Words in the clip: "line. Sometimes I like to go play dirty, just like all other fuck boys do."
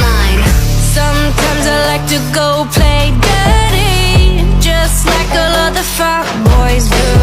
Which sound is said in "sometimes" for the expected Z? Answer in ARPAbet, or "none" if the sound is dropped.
Z